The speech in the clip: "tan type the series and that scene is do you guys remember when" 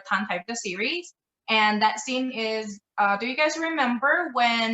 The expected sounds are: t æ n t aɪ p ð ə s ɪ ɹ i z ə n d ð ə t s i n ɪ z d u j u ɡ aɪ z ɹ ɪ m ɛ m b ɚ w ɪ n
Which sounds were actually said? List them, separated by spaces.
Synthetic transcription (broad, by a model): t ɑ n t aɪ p ð ə s ɪ ɹ i z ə n ð ə t s i n ɪ z d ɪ j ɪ ɡ aɪ z ɹ ɪ m ɛ m b ɚ w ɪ n